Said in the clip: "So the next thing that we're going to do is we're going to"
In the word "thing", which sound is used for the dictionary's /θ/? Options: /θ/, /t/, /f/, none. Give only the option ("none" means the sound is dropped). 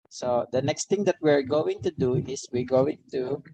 /t/